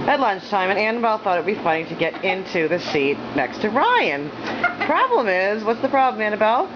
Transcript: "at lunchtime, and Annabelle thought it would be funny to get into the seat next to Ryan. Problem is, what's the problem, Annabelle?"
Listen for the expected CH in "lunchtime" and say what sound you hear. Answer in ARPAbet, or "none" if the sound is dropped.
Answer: CH